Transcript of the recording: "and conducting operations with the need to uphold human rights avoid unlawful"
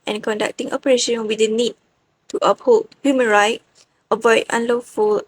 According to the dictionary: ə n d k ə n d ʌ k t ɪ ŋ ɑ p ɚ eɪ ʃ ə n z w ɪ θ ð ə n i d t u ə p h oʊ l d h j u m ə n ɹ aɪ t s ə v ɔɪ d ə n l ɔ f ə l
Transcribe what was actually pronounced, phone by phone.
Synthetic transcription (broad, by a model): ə n k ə n d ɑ k t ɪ ŋ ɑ p ɚ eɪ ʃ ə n w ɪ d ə n i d t u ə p h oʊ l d h j u m ə n ɹ aɪ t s ə v ɔɪ d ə n l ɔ f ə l